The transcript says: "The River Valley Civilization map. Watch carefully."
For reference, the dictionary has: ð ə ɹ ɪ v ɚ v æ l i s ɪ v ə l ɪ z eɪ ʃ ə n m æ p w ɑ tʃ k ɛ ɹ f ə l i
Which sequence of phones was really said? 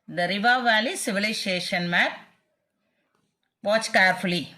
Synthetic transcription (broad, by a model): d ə ɹ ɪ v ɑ v æ l i s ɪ v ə l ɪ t eɪ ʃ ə n m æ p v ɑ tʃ k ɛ ɹ f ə l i